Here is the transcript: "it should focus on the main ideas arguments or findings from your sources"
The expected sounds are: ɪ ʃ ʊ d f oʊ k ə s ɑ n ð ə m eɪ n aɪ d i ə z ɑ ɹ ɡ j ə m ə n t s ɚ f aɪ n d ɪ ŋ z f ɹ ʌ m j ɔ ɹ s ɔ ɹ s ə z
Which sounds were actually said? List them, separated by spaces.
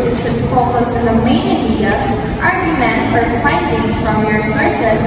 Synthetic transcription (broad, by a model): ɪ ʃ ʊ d f oʊ k ə s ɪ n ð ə m eɪ n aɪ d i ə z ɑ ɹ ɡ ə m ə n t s ɚ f aɪ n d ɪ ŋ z f ɹ ʌ m j ɔ ɹ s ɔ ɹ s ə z